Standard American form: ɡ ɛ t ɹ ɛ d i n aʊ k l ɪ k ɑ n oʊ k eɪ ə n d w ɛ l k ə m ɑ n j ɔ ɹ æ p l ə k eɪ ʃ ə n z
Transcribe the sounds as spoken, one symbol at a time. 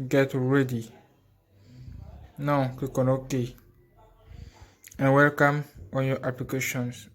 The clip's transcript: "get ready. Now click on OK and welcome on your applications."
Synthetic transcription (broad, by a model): ɡ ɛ t ɹ ɛ d i n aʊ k ɪ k ɑ n oʊ k eɪ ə n w ɛ l k ə m ɑ n j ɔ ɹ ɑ p l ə k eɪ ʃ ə n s